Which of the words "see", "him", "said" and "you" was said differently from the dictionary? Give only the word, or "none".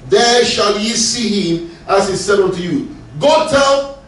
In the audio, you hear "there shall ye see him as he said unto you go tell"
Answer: none